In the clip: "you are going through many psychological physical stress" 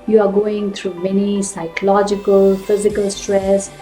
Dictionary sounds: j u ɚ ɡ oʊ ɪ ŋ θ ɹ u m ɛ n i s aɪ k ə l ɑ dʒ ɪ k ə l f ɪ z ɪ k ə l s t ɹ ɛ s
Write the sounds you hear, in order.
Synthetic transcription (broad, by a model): j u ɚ ɡ oʊ ɪ ŋ t ɹ u m ɛ n i s aɪ k ə l ɑ dʒ ɪ k ə l f ɪ z ɪ k ə l s t ɹ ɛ s